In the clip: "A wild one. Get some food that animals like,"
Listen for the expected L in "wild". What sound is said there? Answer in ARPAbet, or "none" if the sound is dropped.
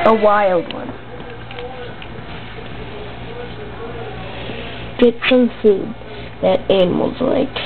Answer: L